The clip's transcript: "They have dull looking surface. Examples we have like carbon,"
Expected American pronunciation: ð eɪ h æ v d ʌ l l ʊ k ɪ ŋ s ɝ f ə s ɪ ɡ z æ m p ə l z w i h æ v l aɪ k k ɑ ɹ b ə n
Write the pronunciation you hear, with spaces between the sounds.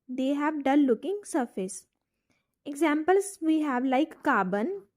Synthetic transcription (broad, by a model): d eɪ h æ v d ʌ n l ʊ k ɪ ŋ s ɝ f ə s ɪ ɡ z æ m p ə l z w i h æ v l aɪ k k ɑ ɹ b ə n